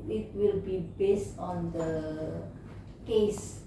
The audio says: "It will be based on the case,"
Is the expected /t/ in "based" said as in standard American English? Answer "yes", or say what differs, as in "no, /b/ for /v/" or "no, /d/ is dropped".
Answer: yes